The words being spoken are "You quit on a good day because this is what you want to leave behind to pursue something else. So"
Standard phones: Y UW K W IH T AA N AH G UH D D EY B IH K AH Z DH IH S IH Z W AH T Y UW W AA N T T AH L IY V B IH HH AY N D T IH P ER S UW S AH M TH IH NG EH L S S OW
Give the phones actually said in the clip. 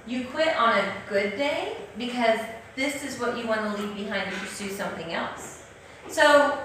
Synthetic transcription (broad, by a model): Y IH K W IH T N AH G UH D D EY B IH K AH Z DH IH S IH Z W AH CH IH W AA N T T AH L IY V B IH HH AY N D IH P ER S UW S AH M TH IH NG EH L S S OW